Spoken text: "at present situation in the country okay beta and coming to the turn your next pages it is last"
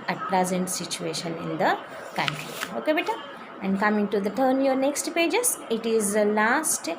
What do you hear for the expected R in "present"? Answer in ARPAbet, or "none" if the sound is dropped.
L